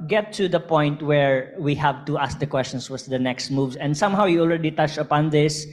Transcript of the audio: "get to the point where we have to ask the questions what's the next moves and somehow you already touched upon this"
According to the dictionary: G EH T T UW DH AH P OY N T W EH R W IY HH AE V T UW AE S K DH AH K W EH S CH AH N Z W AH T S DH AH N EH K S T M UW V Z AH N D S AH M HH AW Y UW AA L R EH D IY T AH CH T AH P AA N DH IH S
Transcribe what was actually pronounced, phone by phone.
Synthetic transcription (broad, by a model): G EH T T UW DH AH P OY N T W EH R W IY HH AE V T UW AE S K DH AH K W EH S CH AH N S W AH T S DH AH N EH K S T M UW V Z AH N D S AH M HH AW Y UW AA L R EH D IY T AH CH AH P AA N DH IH S